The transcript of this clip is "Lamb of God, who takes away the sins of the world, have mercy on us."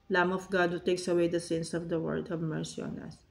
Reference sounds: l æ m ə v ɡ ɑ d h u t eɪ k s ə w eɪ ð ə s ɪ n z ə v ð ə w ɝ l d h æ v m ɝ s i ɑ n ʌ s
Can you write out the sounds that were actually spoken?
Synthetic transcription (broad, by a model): l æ m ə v ɡ ɑ d h u t eɪ k s ə w eɪ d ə s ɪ n s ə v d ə w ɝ d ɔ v m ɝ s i ɑ n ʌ s